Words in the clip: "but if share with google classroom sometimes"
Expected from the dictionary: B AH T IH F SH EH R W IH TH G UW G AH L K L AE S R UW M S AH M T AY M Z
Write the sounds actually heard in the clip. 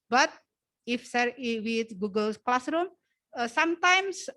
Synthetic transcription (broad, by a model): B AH T IH F S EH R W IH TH G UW G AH L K L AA S R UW M S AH M T AY M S